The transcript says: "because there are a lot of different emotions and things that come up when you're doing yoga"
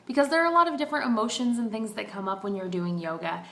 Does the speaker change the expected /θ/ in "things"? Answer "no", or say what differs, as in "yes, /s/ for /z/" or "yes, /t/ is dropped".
no